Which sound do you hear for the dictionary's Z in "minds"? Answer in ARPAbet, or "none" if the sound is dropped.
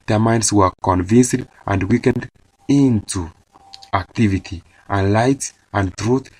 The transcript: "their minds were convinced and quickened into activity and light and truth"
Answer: S